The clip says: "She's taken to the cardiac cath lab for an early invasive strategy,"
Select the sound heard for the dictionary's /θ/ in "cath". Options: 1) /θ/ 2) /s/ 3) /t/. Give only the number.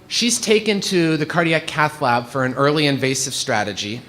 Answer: 1